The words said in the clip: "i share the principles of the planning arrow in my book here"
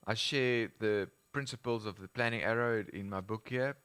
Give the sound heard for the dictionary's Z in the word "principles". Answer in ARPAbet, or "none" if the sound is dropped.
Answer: Z